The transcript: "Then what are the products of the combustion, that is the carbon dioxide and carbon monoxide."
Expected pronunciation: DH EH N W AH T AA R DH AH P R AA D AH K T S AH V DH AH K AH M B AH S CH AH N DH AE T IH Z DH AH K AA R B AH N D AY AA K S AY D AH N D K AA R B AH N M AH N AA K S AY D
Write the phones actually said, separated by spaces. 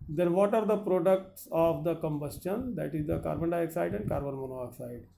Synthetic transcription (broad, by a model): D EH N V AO T AA R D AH P R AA D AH K T S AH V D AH K AH M B AH S CH AH N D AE T IH Z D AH K AA R B AH N D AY K S AY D AH N D K AA R B AH N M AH N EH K S AY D